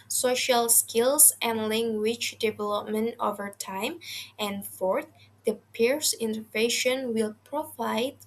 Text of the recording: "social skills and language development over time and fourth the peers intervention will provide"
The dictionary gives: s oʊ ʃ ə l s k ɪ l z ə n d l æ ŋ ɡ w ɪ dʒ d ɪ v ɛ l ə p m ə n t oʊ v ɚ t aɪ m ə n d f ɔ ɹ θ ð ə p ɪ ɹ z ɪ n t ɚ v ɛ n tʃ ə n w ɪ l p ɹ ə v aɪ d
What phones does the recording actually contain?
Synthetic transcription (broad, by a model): s oʊ ʃ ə l s k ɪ l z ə n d l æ ŋ ɡ w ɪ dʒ d ɪ v ɛ l ə p m ə n t oʊ v ɚ t aɪ m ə n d f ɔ ɹ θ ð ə p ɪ ɹ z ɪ n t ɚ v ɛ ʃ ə n w ɪ l p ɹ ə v aɪ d